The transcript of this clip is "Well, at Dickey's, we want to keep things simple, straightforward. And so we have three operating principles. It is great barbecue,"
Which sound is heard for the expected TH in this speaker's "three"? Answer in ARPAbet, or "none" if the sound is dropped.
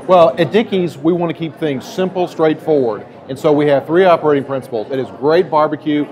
TH